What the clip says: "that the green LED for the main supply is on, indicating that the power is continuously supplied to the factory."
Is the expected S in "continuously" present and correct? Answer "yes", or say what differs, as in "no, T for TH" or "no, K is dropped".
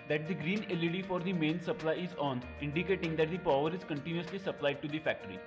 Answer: yes